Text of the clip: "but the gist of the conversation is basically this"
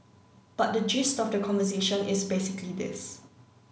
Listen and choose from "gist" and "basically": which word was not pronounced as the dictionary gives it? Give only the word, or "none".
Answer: none